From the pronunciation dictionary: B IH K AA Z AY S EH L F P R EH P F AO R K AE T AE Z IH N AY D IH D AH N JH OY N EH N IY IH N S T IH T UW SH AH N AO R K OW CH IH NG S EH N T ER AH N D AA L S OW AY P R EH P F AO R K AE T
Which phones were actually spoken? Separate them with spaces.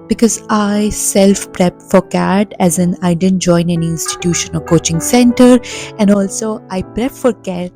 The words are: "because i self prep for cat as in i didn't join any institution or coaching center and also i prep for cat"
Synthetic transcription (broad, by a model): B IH K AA Z AY S EH L F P R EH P F AO R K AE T AE Z IH N AY D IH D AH N JH OY N EH N IY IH N S T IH T UW SH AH N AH L K OW CH IH NG S EH N T ER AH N D AA L S OW AY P R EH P F AO R K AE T